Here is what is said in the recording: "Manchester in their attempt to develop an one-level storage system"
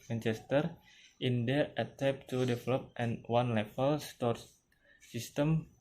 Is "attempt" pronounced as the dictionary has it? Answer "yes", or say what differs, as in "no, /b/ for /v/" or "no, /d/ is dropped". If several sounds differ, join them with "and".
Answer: no, /m/ is dropped